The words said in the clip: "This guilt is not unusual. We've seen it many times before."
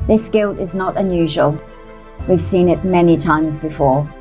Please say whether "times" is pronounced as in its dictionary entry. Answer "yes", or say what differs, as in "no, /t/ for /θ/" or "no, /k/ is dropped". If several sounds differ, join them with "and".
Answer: yes